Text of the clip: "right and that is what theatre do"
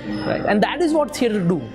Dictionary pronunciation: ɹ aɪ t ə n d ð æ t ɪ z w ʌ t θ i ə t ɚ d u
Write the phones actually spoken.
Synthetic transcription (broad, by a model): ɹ aɪ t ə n d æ t ɪ z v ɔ t s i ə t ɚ d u